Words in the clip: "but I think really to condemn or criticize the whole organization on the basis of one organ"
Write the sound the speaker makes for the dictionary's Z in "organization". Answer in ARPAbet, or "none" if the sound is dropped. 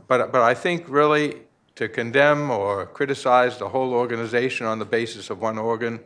Z